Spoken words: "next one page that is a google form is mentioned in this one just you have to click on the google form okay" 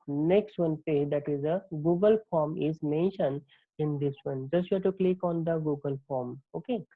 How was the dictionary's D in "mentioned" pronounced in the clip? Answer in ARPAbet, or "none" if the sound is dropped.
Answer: none